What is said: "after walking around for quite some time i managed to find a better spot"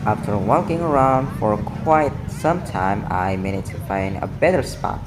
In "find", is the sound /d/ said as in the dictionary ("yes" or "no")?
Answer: yes